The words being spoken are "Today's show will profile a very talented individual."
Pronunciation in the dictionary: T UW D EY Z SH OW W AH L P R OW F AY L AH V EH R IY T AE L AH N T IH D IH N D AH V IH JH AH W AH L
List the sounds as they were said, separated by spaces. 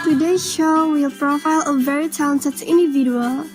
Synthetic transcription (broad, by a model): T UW D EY SH OW W AH L P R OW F AY L AH V EH R IY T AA AH N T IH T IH N D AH V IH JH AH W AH L